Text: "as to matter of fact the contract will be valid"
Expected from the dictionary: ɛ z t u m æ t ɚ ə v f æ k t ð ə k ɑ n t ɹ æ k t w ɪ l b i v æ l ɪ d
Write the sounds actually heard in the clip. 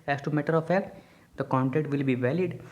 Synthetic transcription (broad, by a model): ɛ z t u m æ t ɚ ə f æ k t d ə k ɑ n t ɛ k t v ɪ l b i v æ l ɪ d